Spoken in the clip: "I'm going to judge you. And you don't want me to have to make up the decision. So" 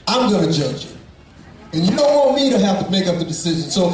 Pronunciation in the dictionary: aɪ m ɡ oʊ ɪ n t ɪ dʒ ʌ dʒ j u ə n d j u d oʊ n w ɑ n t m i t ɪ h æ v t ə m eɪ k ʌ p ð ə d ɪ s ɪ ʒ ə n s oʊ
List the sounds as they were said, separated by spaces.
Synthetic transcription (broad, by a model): aɪ m ɡ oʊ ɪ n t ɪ dʒ ʌ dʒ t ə n j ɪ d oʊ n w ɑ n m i t ɪ h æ f t ə m eɪ k ʌ p ð ə d ɪ s ɪ ʒ ə n s oʊ